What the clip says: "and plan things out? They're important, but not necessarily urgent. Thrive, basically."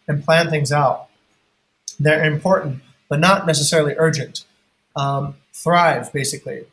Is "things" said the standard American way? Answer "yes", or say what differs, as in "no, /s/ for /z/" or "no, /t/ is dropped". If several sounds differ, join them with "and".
yes